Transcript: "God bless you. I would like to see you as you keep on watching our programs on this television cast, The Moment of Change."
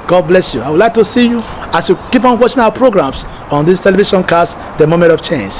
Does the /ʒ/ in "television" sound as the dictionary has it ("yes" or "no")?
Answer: no